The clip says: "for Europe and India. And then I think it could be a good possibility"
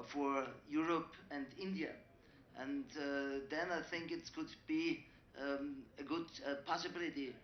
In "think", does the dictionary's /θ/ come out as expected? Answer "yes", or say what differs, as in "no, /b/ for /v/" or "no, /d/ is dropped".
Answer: yes